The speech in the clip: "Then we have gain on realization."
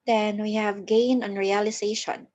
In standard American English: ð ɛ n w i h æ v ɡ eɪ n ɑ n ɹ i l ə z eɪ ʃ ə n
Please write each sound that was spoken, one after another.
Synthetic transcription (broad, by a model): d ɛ n w i h æ v ɡ eɪ n ɑ n ɹ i l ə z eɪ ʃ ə n